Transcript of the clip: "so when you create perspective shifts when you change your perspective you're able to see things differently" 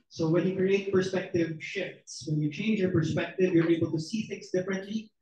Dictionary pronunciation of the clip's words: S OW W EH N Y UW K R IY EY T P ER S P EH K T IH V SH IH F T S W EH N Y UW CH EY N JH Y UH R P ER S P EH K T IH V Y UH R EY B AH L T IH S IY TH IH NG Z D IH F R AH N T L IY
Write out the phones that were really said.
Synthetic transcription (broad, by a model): S OW W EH N Y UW K R IY EY T P ER S P EH K T IH V SH IH F T S W EH N Y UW CH EY N JH Y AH R P ER S P EH K T IH V Y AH R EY B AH L T IH S IY TH IH NG Z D IH F R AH N T L IY